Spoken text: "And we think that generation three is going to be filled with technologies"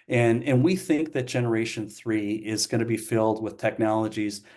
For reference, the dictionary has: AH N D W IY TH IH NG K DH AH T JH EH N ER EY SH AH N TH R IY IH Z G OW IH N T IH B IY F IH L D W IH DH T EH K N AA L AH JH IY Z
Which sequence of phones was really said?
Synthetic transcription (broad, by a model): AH N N W IY TH IH NG K DH AH T JH EH N ER EY SH AH N TH R IY IH Z G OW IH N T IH B IY F IH L D W IH DH T EH K N AA L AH JH IY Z